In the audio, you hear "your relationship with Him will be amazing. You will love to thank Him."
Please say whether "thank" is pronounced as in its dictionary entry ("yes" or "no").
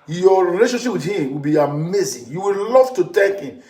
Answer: no